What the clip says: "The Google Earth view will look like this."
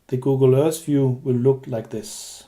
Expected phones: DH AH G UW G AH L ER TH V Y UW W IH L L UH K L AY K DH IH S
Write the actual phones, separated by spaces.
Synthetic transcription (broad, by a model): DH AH G UW G AH L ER S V Y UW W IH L L UH K L AY K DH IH S